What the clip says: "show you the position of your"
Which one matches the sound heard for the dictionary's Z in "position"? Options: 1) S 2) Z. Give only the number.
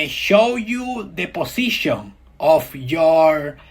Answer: 1